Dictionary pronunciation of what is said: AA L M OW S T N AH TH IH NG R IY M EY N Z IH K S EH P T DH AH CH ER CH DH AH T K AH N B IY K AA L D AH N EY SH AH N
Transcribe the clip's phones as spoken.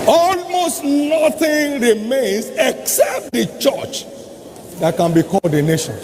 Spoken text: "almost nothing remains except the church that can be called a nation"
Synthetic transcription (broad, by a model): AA L M OW S T N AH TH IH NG R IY M EY N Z IH K S EH P T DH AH CH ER CH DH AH T K AH N B IY K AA D AH N EY SH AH N